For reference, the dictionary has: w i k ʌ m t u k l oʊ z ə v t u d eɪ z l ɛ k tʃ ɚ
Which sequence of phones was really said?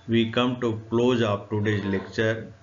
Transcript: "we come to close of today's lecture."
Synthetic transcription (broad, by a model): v i k ʌ m t u k l oʊ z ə p t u d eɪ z l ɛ k tʃ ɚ